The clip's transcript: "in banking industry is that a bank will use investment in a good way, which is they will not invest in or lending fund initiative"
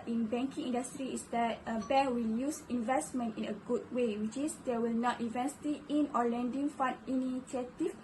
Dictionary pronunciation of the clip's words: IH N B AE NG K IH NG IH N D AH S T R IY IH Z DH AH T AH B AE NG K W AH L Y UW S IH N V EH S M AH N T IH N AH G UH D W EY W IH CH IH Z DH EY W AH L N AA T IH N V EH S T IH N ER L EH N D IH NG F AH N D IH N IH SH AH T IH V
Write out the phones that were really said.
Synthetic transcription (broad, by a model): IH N B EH NG K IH NG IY N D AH S T R IY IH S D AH T AH B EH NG W AH L Y UW S IH N V EH S M AH N T IH N AH G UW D W EY W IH CH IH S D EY W AH L N AA T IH V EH S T IH N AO L EH N D IH NG F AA N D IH N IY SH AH T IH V